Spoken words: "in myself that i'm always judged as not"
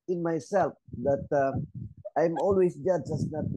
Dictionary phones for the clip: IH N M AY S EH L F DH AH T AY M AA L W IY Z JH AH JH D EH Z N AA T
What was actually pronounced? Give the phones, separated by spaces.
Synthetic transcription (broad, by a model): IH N M AY S EH L F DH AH T AY M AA L W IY S JH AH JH AA S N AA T